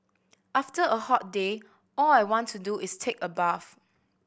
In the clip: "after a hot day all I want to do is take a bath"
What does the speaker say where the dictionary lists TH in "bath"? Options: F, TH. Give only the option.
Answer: F